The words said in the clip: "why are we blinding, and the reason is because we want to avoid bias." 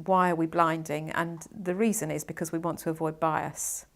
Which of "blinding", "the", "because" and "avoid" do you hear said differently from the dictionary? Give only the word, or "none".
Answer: none